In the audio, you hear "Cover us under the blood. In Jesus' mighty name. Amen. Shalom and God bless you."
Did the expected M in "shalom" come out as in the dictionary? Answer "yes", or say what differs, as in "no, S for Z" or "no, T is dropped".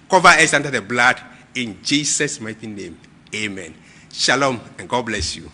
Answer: yes